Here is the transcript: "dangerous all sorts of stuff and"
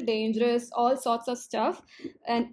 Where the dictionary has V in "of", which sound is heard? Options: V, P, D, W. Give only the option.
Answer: V